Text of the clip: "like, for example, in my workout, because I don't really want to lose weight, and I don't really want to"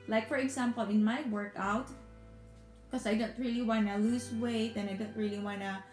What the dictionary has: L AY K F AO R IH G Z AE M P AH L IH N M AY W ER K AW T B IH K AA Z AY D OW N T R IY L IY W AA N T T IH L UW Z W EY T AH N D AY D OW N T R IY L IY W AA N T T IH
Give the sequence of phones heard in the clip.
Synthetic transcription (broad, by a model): L AY K F AO R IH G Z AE M P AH L IH N M AY W ER K AW T K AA S AY D OW N T R IY L IY W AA N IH L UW S W EY T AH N AY D OW N T R IY L IY W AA N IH